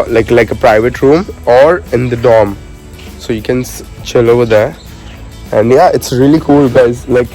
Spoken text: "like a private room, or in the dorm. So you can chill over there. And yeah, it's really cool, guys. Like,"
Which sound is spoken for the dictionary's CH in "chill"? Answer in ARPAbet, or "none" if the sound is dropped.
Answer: CH